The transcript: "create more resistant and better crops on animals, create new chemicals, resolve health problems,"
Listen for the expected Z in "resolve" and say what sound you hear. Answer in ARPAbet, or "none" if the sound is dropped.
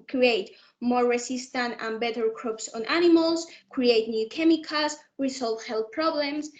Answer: S